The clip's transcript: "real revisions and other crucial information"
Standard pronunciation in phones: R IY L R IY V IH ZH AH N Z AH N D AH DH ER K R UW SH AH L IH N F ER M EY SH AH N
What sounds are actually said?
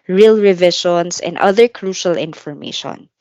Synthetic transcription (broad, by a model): R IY L R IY V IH SH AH N S AH N D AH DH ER K R UW SH AH L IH N F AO M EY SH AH N